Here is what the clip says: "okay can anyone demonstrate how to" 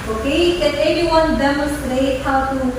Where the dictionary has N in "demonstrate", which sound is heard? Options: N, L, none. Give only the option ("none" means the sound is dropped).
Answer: none